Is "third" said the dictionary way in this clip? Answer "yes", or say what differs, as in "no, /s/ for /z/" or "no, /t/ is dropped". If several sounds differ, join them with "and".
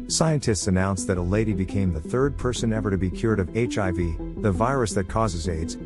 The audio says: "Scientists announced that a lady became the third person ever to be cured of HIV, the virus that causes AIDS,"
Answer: yes